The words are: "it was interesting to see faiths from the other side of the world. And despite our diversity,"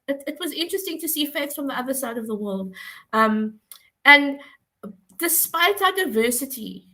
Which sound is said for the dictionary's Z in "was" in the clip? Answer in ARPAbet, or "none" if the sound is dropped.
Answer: Z